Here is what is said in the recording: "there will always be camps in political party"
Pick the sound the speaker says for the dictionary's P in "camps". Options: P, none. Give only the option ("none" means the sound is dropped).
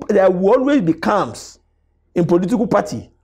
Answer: none